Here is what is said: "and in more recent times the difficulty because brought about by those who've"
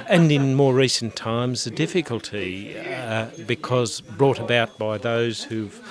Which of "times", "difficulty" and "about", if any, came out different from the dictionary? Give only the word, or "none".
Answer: none